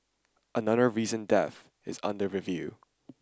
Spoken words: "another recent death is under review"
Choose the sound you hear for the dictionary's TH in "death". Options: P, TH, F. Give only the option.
TH